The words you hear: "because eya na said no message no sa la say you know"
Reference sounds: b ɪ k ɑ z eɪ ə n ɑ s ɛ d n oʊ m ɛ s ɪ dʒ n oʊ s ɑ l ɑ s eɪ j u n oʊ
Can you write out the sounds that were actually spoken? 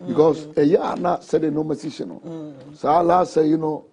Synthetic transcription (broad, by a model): b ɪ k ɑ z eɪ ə n ɑ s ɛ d n oʊ m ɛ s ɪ ʃ n oʊ s ɑ l ɑ s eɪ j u n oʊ